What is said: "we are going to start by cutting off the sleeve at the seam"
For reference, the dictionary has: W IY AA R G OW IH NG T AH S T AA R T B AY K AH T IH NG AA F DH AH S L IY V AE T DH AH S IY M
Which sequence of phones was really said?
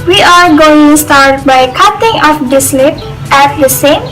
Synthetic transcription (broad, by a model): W IY AA R G OW IH NG S T AA R T B AY K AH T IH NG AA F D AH S L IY P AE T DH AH S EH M